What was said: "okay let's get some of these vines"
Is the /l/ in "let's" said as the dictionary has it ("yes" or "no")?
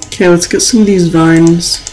yes